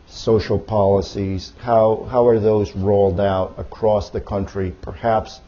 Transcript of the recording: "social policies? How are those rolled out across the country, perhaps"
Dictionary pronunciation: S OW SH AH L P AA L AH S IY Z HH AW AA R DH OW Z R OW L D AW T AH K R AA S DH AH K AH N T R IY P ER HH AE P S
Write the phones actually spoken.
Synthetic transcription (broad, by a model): S OW SH L P AA L AH S IY Z HH AW AA R DH OW Z R OW L D AW T AH K R AA S DH AH K AH N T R IY P ER HH AE P S